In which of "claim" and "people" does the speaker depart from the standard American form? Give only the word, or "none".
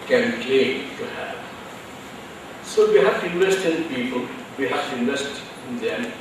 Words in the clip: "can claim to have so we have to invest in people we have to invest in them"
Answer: claim